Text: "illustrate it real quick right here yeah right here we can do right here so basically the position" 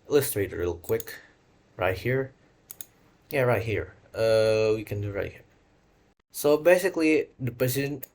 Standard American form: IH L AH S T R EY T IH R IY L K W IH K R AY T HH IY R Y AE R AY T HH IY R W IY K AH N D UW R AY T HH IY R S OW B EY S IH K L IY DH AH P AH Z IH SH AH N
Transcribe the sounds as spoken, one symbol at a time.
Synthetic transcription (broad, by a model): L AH S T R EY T IH L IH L K W IH K R AY T HH IY R Y AE R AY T HH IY R W IY K AH N D UW R AY T HH IY R S OW B EY S IH K L IY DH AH P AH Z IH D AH N